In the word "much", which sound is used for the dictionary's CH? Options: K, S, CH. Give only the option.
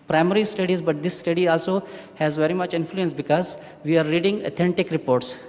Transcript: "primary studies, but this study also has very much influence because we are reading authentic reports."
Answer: CH